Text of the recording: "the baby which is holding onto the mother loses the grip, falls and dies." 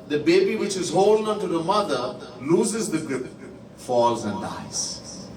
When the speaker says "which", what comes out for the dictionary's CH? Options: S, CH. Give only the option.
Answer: CH